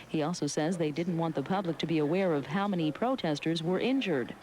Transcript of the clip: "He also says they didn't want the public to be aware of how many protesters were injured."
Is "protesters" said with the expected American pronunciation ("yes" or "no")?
yes